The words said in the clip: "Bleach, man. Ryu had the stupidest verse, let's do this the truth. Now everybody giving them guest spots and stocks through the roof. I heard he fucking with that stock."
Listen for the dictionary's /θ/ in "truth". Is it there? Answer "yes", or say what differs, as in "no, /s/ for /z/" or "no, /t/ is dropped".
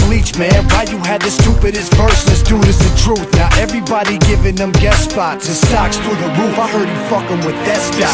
yes